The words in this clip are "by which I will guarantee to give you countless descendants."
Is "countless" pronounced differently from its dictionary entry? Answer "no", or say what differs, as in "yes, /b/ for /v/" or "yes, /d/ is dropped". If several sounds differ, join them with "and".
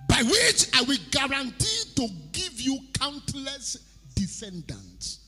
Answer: no